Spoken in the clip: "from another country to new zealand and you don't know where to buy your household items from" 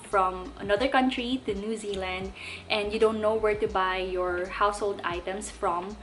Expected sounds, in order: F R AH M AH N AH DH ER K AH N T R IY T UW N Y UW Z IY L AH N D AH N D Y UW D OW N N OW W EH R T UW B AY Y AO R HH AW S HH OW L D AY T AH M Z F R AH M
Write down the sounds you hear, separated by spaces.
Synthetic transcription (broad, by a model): F R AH M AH N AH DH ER K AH N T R IY T UW N Y UW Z IY L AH N D AH N D Y UW D OW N N OW W EH R T UW B AY Y AO R HH AW S HH OW L D AY T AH M S F R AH M